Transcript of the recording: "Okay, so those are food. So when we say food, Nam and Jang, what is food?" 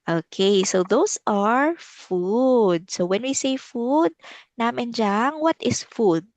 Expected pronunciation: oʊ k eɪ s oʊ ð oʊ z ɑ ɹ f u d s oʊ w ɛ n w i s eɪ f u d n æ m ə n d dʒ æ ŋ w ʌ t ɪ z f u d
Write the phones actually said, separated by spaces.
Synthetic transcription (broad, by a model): oʊ k eɪ s oʊ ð oʊ s ɑ ɹ f u d s oʊ w ɛ n w i s eɪ f u d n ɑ m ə n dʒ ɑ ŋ w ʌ t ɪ s f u d